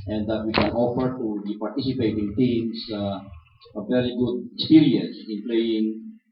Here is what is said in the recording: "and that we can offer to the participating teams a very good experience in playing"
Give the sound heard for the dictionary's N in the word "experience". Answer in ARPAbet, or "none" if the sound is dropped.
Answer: none